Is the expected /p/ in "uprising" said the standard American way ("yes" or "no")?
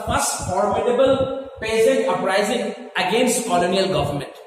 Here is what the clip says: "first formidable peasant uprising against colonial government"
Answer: no